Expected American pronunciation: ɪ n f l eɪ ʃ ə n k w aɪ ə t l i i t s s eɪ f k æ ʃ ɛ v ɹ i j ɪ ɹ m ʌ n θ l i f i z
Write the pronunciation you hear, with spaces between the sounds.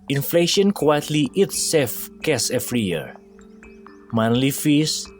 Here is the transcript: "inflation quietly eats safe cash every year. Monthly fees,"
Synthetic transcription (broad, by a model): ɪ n f l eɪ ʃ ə n k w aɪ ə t l i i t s s eɪ f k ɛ s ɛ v ɹ i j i ɹ m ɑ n l i f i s